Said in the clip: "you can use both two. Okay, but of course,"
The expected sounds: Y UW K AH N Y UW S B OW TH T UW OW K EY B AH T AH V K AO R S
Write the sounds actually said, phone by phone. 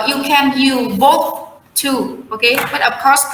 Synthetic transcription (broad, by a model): Y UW K AH N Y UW B OW TH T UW OW K EY B AH T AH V K AO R S